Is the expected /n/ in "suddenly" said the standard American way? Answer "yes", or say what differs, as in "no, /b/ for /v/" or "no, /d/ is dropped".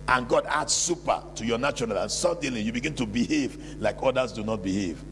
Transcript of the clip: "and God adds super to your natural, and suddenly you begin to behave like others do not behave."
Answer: no, /n/ is dropped